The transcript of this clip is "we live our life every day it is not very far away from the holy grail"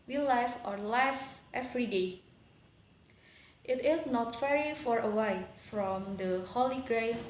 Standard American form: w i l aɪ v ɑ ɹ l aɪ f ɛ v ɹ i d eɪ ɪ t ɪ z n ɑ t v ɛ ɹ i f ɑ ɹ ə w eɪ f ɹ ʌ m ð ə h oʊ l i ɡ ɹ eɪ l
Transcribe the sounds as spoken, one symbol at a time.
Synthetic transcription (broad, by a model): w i l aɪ f ɑ ɹ l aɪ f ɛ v ɹ i d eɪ ɪ t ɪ s n ɑ t f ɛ ɹ i f ɑ ɹ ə w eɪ f ɹ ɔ m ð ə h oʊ l i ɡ ɹ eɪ